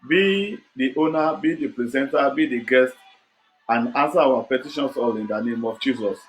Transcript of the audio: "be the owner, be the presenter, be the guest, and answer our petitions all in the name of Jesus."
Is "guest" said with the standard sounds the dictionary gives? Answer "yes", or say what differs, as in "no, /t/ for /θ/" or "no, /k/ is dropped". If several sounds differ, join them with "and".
yes